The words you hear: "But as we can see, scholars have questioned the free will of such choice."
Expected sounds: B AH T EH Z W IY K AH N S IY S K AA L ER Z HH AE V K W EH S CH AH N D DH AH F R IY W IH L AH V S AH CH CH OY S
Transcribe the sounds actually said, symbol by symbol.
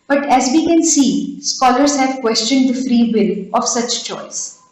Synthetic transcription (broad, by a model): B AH T EH Z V IY K AH N S IY S K AA L ER Z HH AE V K W EH S CH AH N D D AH F R IY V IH L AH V S AH CH CH OY S